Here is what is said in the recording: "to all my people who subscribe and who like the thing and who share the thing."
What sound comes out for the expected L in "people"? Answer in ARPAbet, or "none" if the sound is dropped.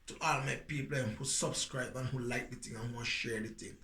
N